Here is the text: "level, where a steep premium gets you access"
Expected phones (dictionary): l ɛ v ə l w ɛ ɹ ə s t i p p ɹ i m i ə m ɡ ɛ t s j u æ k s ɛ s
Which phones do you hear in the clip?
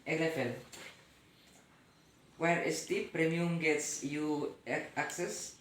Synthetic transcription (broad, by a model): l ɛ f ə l w ɛ ɹ ə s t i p p ɹ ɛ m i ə m ɡ ɛ t s j u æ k s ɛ s